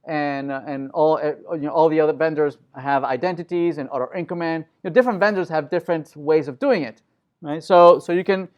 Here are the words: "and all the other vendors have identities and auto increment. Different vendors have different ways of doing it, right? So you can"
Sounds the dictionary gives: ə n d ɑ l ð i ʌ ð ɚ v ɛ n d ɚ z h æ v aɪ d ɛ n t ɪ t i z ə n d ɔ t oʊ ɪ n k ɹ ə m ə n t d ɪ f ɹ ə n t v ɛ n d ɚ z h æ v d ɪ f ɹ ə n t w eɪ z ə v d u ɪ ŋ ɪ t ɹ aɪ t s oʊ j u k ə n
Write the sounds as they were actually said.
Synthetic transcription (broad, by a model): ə n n ɑ l ð i ʌ ð ɚ v ɛ n d ɚ z h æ v aɪ d ɛ n t ɪ t i z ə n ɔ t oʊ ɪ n k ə m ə n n d ɪ f ɹ ə n t v ɛ n d ɚ z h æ v d ɪ f ɹ ə n t w eɪ z ə v d u ɪ ŋ ɪ t ɹ aɪ t s oʊ j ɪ k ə n